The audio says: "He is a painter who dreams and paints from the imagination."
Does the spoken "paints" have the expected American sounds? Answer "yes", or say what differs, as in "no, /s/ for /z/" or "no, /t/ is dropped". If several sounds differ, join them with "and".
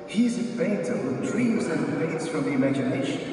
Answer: no, /n/ is dropped